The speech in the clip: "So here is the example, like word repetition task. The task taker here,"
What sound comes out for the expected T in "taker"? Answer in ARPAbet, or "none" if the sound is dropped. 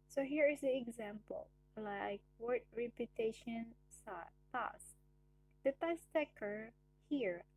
T